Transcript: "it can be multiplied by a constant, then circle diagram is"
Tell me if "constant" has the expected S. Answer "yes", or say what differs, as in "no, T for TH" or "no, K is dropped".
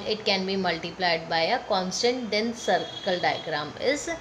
yes